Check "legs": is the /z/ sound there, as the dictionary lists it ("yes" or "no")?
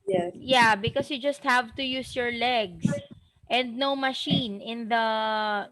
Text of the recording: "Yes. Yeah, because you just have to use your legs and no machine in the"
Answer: no